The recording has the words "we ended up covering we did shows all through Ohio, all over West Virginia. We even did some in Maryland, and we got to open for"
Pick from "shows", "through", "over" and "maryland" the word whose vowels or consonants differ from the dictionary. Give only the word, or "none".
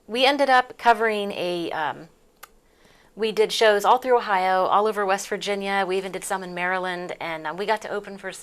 none